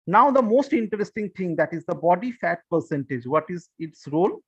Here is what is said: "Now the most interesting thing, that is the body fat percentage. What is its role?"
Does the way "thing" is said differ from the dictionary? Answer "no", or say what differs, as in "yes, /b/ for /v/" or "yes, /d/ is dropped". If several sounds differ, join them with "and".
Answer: yes, /t/ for /θ/